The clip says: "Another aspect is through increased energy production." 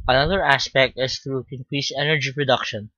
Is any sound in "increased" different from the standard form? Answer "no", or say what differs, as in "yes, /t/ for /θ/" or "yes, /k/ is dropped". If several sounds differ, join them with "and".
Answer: yes, /t/ is dropped